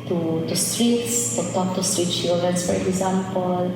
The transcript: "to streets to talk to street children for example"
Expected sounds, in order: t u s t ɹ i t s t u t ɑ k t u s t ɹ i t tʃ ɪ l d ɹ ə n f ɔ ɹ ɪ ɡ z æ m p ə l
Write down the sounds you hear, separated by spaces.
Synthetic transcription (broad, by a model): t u s t ɹ i t s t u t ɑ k t u s t ɹ i t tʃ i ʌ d ə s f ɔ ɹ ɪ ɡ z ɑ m p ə l